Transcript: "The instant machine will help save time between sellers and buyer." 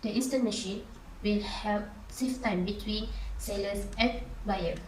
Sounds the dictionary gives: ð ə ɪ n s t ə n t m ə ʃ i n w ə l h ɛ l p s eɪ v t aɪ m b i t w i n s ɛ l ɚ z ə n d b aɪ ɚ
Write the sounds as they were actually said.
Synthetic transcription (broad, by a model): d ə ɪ s t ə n m ə ʃ i n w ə l h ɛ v s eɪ f t aɪ m b i t w i n s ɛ l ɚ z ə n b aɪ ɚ